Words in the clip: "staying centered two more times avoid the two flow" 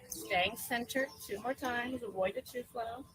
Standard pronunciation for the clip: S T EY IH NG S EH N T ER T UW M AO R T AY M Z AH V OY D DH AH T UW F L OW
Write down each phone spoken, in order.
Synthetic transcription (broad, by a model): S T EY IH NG S EH N T ER T UW M AO R T AY M Z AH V OY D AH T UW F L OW